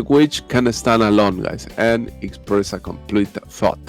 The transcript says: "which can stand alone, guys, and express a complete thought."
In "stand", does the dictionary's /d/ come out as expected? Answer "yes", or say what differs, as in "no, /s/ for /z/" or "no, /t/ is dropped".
no, /d/ is dropped